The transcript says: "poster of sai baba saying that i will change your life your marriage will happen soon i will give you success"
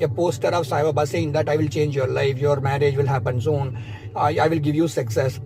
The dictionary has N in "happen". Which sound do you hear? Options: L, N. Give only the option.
N